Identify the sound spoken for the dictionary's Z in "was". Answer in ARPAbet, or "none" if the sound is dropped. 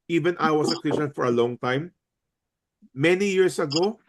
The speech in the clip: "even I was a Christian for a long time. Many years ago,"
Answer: S